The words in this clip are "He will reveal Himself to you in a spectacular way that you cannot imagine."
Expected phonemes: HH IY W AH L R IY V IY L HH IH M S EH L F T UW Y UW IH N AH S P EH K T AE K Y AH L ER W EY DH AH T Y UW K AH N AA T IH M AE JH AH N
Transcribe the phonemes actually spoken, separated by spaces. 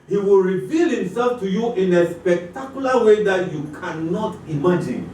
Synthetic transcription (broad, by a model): HH IY W AH L R IY V IY L HH IH M S EH L F T UW Y UW IH N AH S P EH K T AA K Y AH L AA W EY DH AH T Y UW K AH N AA T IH M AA JH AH N